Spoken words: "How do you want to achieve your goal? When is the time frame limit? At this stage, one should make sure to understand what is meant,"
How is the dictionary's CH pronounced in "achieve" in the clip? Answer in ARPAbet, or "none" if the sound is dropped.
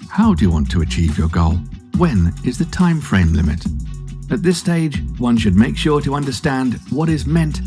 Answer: CH